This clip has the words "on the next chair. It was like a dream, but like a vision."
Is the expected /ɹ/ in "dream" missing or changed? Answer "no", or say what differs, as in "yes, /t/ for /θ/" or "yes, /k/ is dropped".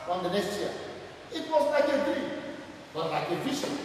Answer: yes, /ɹ/ is dropped